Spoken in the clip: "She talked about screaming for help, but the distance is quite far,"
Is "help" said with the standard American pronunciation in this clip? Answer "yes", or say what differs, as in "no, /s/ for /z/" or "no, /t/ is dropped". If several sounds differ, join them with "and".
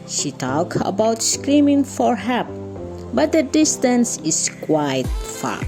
no, /l/ is dropped